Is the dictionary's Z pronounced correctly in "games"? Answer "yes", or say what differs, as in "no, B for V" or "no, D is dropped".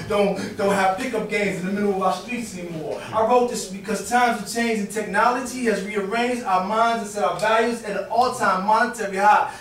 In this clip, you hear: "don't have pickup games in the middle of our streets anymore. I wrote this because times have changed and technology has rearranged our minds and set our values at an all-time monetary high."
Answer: yes